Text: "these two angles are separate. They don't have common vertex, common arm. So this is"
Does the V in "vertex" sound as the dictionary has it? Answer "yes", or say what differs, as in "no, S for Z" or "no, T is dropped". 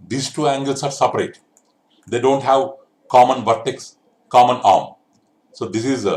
yes